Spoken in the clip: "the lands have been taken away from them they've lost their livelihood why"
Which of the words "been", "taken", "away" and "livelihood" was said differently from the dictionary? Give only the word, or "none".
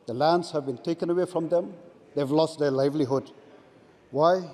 none